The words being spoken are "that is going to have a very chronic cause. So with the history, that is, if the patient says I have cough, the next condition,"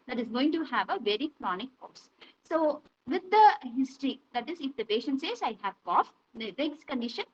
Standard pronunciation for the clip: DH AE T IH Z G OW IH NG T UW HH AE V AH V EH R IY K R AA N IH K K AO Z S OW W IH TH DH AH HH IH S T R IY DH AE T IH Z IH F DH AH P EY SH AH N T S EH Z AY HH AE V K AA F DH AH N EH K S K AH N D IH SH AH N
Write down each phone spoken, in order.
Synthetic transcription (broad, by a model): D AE T IH Z G OW IH NG T UW HH AE V AH V EH R IY K R AA N IH K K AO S S OW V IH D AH HH IH S T R IY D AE T IH Z IH F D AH P EY SH AH N T S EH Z AY HH AE V K AA F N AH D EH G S K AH N D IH SH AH N